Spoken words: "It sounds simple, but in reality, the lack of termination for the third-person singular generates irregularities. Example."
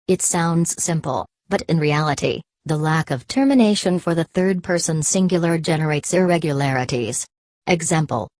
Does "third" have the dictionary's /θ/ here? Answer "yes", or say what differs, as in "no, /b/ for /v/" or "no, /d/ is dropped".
yes